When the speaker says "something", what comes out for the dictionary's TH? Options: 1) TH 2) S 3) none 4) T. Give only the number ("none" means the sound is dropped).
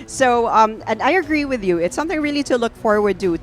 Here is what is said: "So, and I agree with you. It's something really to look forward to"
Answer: 1